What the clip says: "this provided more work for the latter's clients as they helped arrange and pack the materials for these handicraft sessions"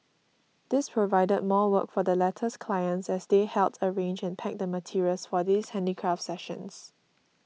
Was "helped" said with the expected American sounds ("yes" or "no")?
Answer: no